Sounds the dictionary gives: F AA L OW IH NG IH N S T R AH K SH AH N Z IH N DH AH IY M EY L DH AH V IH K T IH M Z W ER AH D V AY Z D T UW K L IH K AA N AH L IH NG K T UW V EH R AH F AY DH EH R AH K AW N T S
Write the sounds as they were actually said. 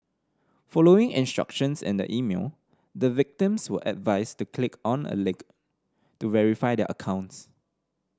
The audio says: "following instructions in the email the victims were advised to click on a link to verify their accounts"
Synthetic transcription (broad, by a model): F AA L OW IH NG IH N S T R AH K SH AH N S IH N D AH IY M EY L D AH V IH K T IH M S W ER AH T V AY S T UW K L IH K AA N AH L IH K T UW V EH R AH F AY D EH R AH K AW N T S